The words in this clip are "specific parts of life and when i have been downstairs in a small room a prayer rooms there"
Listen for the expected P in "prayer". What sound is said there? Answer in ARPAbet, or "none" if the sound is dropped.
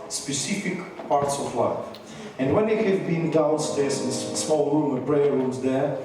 B